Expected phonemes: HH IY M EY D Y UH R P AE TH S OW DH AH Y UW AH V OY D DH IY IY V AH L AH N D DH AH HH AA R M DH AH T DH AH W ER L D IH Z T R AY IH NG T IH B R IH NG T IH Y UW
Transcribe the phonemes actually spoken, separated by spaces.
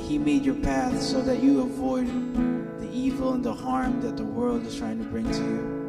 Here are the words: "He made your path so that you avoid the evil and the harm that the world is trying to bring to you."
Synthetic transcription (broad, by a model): HH IY M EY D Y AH R P AE TH S OW DH AH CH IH AH V OY D DH IY IY V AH L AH N DH AH HH AA R M DH AH T DH AH W ER L D IH Z T R AY IH NG T IH B R IH NG T IH Y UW